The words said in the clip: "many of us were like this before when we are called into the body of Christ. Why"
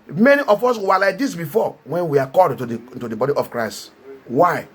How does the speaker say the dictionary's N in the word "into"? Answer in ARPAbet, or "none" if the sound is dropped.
none